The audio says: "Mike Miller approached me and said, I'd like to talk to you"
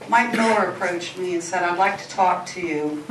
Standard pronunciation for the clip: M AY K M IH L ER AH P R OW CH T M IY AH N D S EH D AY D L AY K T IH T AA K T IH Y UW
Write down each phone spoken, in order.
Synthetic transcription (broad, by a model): M AY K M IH ER AH P R OW CH T M IY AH N S EH D AY D L AY K T IH T AA K T IH Y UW